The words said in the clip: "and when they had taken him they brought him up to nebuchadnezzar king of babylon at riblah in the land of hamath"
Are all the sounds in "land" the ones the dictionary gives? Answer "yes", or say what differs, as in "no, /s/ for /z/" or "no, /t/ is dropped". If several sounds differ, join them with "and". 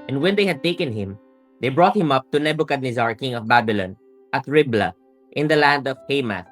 yes